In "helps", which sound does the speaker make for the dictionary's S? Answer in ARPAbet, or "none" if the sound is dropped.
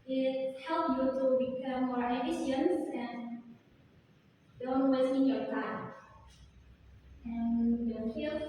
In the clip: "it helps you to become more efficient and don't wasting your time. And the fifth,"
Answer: none